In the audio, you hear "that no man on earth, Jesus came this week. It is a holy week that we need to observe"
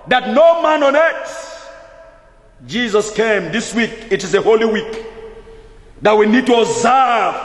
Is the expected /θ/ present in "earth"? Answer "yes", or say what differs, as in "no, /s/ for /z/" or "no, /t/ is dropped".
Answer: no, /s/ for /θ/